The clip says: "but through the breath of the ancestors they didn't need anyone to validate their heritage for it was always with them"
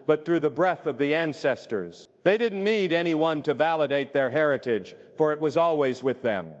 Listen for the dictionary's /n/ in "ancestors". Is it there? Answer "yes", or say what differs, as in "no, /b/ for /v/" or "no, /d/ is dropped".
yes